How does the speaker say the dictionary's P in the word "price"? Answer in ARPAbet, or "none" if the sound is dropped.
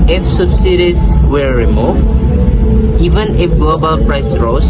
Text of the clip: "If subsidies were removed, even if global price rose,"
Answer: P